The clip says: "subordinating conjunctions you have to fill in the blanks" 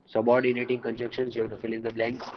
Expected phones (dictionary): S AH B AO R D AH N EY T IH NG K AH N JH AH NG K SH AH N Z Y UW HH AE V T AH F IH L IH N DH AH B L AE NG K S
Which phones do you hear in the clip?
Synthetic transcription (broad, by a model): S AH B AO R D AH N EY T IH NG K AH N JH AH K SH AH N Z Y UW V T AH F IH L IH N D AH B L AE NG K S